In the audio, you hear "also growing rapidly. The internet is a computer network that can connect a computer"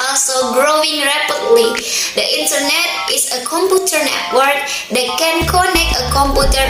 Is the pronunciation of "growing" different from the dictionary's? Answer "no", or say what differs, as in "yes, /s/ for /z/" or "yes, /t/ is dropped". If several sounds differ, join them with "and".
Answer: no